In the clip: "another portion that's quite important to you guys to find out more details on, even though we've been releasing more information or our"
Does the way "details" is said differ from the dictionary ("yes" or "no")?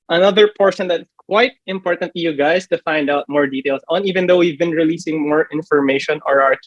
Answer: yes